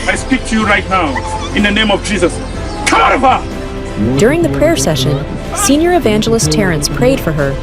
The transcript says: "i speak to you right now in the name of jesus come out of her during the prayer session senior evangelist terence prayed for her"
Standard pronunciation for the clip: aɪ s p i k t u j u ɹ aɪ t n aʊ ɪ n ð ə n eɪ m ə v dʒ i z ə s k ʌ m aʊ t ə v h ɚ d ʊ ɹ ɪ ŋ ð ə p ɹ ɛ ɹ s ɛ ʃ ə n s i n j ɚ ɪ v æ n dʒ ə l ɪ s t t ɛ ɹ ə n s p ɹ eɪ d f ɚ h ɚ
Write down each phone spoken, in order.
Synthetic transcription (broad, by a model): aɪ s p i k t u j u ɹ aɪ t n aʊ ɪ n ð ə n eɪ m ə v dʒ i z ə s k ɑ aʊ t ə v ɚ d ʊ ɹ ɪ ŋ ð ə p ɹ ɛ ɹ s ɛ ʃ ə n s i n j ɚ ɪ v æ n dʒ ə l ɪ s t t ɛ ɹ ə n s p ɹ eɪ d f ɚ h ɚ